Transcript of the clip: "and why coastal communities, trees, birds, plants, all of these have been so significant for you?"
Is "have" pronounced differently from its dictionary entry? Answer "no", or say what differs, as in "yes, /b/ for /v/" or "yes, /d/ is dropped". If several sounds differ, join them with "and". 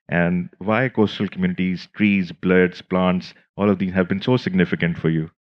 no